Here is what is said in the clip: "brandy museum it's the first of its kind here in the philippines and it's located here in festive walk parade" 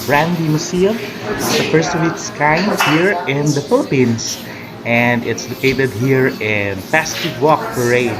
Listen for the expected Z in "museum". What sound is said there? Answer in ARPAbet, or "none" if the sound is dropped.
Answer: S